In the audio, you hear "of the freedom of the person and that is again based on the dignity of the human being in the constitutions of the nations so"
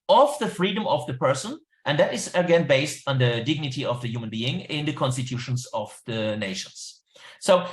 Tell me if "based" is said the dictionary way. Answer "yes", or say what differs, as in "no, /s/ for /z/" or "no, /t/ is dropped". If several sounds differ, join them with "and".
yes